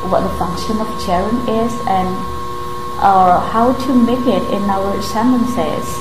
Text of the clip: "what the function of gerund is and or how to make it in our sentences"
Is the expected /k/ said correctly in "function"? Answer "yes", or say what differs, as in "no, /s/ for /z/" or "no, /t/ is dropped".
yes